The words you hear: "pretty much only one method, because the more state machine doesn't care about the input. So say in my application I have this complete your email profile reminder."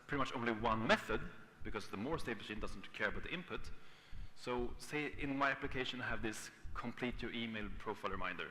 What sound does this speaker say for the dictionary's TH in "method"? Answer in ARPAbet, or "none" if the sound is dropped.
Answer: TH